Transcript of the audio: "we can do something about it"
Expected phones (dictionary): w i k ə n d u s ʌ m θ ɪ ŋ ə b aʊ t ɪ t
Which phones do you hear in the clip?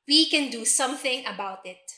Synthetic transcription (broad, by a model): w i k ə n d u s ʌ m θ ɪ ŋ ə b aʊ t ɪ t